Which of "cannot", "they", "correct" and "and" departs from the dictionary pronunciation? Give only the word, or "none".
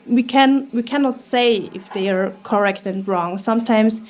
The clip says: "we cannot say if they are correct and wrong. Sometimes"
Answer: none